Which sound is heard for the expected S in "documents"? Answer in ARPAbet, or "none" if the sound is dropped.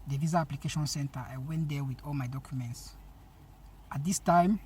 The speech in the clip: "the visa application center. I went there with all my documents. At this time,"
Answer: S